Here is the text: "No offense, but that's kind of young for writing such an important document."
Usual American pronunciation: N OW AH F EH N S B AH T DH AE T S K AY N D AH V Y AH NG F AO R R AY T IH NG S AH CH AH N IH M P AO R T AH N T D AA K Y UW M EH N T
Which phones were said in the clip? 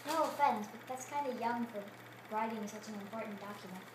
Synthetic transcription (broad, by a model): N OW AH F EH N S B AH T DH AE T S K AY N D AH Y AH NG F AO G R AY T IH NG S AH CH AH N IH M P AO R T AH N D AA K Y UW M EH N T